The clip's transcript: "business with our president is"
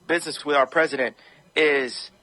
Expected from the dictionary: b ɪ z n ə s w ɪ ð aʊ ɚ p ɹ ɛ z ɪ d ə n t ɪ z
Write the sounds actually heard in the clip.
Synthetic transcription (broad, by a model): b ɪ z n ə s w ɪ ð aʊ ɚ p ɹ ɛ z ɪ d ə n t ɪ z